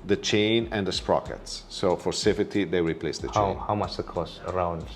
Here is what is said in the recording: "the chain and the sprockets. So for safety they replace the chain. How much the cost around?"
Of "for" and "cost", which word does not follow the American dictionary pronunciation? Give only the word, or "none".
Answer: cost